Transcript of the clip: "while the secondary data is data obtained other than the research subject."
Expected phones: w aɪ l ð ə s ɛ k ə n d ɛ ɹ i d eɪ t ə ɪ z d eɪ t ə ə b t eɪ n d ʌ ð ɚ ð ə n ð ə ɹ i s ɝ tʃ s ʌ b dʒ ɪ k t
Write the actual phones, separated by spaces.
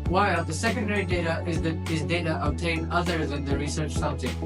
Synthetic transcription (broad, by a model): w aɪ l ð ə s ɛ k ə n d ɛ ɹ i d eɪ t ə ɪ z d eɪ t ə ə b t eɪ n ʌ ð ɚ ð ə n ð ə ɹ i s ɝ tʃ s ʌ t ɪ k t